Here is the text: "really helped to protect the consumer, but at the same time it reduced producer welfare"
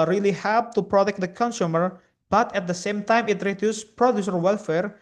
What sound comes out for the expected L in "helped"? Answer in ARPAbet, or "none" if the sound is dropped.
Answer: none